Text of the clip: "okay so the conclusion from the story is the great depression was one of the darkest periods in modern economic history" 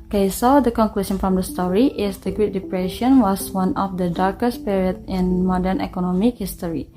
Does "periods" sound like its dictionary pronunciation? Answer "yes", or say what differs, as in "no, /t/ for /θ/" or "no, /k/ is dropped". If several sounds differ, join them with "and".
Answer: no, /z/ is dropped